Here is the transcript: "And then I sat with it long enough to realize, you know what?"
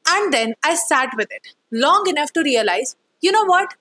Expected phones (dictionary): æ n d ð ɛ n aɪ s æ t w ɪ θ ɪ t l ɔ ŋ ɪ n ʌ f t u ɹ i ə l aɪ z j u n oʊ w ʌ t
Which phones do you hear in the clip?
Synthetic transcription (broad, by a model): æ n d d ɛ n aɪ s æ t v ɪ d ɪ t l ɔ ŋ ɪ n ʌ f t u ɹ i ə l aɪ z j u n oʊ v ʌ t